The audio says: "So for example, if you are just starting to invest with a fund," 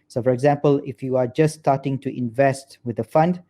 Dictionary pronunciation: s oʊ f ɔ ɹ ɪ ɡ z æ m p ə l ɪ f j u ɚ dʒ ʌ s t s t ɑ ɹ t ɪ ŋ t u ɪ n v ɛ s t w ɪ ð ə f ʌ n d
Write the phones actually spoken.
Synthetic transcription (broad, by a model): s oʊ f ɔ ɹ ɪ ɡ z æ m p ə l ɪ f j u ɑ dʒ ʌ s s t ɑ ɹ t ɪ ŋ t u ɪ n v ɛ s t w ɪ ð ə f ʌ n d